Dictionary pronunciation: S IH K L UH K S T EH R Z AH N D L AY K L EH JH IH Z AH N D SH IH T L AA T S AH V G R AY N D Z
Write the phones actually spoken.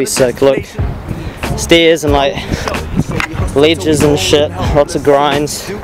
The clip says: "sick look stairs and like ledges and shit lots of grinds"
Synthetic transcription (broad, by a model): S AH K L UH K S T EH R Z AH N L AY K L EH JH IH Z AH N SH IH T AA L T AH G R AY N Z